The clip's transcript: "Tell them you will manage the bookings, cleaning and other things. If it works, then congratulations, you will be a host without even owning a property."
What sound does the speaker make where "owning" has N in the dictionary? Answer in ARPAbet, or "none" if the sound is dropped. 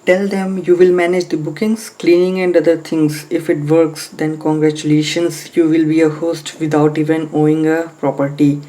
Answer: none